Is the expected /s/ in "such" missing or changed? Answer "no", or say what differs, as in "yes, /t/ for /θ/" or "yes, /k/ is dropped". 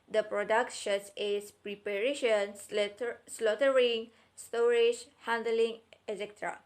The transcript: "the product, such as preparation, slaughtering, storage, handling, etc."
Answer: yes, /ʃ/ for /s/